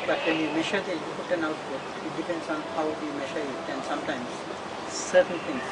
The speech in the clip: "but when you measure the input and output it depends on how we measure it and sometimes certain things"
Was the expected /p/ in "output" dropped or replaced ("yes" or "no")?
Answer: yes